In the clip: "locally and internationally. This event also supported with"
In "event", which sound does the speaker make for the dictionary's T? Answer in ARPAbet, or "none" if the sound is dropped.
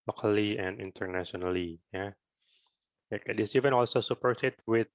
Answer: none